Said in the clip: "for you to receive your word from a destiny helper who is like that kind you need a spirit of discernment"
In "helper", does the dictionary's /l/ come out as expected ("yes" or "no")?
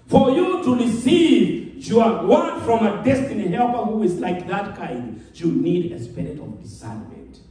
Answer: yes